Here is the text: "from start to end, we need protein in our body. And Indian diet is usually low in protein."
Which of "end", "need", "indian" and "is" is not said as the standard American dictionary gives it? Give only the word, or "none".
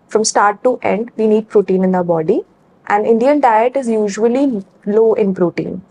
none